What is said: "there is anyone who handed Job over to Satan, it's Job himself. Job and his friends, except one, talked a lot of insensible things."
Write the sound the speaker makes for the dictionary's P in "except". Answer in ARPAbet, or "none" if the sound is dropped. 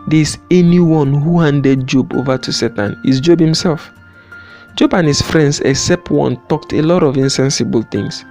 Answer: P